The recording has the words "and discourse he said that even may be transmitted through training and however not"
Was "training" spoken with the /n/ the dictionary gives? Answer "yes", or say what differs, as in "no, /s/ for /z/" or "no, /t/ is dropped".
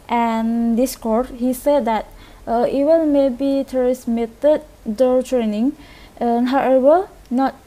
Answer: yes